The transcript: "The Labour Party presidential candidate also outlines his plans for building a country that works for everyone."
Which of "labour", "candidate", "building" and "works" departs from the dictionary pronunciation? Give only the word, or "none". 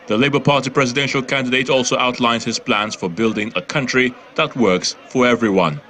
none